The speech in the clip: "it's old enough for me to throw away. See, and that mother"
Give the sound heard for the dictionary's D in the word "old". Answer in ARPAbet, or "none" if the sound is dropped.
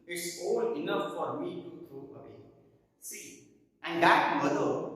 none